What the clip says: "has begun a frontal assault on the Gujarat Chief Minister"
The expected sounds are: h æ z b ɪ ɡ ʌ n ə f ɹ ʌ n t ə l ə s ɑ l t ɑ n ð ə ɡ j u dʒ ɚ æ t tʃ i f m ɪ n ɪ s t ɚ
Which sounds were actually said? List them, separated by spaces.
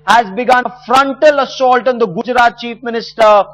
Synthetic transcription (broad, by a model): h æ z b ɪ ɡ ʌ n ə f ɹ ʌ n t ə l ə s ɑ l t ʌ n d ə ɡ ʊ dʒ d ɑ t tʃ i f m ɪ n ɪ s t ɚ